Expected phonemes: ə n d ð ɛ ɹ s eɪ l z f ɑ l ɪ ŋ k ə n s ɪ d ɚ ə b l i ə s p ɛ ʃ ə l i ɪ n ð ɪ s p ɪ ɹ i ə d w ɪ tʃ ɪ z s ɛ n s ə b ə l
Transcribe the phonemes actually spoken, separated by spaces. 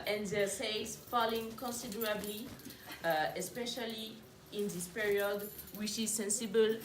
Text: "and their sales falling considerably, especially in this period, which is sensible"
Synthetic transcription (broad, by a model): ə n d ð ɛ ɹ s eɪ z f ɑ l ɪ ŋ k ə n s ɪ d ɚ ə b l i ə s p ɛ ʃ ə l i ɪ n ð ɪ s p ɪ ɹ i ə d w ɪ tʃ ɪ z s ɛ n s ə b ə l